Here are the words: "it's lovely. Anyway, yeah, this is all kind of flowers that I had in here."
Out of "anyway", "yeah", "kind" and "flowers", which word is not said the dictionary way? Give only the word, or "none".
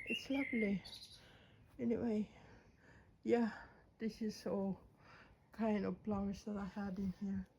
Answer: flowers